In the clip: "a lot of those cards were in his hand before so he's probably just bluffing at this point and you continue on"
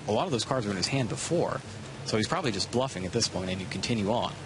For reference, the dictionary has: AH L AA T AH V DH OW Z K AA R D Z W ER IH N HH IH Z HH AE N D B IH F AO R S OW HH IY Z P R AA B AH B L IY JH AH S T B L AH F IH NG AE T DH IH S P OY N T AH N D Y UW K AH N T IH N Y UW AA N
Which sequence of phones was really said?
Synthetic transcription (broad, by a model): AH L AA T AH V DH OW Z K AA R D Z W ER IH N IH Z HH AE N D B IH F AO R S OW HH IY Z P R AA B AH B L IY JH AH S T B L AH F IH NG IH T DH IH S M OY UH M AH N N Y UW K N T IH N Y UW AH N